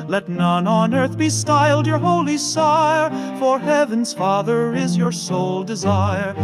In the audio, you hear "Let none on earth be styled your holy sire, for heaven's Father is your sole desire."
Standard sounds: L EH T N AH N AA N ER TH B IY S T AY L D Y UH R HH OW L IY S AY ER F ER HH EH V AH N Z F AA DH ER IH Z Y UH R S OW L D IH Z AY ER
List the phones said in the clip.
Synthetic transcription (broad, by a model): L EH T N AH N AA N ER TH B IY S T AY L D Y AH R HH OW L IY S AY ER F ER HH EH V AH N Z F AA DH ER IH Z Y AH R S OW L D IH Z AY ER